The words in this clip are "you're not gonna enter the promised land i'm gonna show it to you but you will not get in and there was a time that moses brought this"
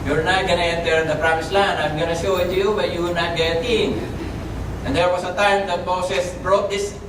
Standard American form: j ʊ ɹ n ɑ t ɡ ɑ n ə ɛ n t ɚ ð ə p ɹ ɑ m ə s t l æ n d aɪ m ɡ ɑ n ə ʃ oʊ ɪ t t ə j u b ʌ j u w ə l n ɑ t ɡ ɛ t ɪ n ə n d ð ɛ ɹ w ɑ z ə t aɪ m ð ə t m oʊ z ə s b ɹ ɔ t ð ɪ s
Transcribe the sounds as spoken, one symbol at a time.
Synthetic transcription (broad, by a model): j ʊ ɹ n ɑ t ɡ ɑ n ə ɛ n t ɚ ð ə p ɹ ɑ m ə s l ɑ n aɪ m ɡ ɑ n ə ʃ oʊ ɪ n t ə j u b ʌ j u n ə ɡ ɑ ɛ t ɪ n ə n d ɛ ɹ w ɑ s ə t aɪ m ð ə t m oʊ s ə s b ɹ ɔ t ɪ s